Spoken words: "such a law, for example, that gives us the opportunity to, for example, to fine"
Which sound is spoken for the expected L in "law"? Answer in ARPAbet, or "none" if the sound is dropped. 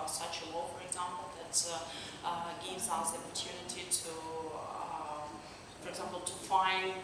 W